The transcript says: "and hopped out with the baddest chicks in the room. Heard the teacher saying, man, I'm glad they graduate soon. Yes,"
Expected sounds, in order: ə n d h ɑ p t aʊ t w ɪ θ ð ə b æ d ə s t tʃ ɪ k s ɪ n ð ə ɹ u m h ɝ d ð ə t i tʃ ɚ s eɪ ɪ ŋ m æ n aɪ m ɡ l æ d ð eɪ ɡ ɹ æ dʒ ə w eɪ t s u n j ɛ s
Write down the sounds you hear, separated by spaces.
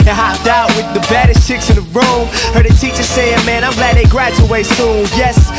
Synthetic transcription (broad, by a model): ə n h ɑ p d aʊ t w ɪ ð ə b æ d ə s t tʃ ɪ k s ɪ n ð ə ɹ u m h ɝ d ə t i tʃ ɚ s eɪ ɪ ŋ m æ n aɪ m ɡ l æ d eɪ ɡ ɹ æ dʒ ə w eɪ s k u l j ɛ s